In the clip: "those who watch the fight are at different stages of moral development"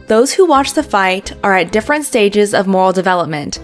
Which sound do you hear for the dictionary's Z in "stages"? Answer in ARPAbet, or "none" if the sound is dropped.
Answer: Z